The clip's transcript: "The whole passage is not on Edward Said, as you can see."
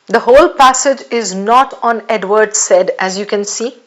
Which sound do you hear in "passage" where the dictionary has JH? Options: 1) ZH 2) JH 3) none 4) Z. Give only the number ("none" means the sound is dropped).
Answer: 2